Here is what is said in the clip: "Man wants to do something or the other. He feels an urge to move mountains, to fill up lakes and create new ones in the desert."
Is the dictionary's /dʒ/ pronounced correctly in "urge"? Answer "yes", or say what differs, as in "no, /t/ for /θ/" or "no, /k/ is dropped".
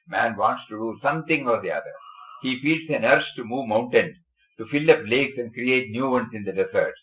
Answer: no, /tʃ/ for /dʒ/